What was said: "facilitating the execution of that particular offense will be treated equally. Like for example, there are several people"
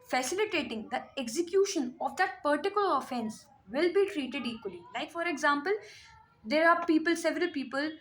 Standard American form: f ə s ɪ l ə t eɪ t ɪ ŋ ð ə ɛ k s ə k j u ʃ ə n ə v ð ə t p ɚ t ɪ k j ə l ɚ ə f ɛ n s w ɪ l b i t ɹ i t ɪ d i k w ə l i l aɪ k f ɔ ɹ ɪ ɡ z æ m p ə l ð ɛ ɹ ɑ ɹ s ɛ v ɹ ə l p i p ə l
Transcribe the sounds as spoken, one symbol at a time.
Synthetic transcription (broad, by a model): f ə s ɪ l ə t eɪ t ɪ ŋ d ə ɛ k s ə k j u ʃ ə n ə v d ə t p ɚ t ɪ k j ə l ɚ ə f ɛ n s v ɪ l b i t ɹ i t ɪ d i k w ə l i l aɪ k f ɔ ɹ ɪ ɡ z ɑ m p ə l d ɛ ɹ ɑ l s ɛ v ɹ ə l p i p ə l